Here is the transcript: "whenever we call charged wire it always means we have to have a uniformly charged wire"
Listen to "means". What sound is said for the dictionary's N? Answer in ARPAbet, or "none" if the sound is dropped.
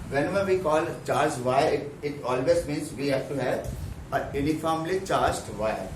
N